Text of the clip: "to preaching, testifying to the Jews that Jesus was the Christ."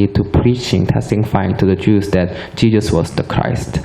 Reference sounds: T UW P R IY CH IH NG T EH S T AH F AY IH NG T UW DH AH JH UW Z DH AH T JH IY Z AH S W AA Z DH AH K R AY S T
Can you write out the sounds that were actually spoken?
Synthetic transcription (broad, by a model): T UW P R IY CH IH NG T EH S T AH F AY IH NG T UW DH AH JH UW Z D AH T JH IY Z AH S W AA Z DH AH K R AY S T